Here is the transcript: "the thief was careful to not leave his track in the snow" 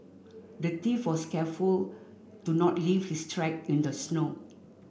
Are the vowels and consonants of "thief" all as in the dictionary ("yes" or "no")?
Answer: no